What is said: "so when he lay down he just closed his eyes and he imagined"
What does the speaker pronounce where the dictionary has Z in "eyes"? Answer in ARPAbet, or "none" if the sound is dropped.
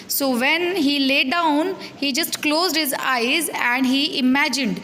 Z